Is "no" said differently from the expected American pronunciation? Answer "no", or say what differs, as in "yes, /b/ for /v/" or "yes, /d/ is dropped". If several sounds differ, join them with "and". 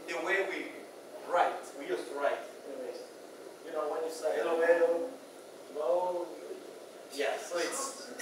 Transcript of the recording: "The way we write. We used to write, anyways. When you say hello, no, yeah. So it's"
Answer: yes, /l/ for /n/